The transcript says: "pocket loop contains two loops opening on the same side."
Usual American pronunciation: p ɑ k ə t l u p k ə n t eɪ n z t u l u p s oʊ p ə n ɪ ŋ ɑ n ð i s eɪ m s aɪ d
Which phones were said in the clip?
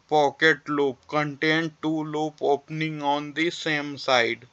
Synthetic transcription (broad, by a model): p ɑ k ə t l u p k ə n t eɪ n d t u l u p oʊ p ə n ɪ ŋ ɑ n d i s eɪ m s aɪ d